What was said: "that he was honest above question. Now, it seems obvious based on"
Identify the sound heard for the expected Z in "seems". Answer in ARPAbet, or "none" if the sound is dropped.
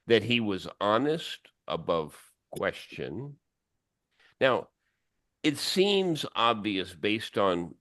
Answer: Z